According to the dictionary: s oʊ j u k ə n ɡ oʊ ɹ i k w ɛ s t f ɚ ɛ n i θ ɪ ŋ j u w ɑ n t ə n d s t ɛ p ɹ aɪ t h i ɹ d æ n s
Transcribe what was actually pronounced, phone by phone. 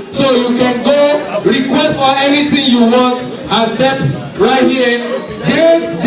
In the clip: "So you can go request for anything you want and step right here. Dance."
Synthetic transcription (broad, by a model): s oʊ j u k ə n ɡ oʊ ɹ i k w ɛ s t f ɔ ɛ n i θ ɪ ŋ j u w ɑ n t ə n s t ɛ p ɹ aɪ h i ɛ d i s